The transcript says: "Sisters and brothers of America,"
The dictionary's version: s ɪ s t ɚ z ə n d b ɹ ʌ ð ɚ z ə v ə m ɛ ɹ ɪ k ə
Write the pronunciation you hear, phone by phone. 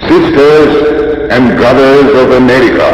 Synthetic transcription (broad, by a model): s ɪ s t ɚ z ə n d b ɹ ʌ ð ɚ z ə v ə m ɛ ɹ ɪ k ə